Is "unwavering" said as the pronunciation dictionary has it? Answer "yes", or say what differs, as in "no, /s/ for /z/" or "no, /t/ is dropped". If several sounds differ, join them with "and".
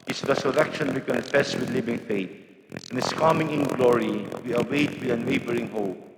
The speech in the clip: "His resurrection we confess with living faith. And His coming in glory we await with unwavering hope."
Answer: no, /b/ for /v/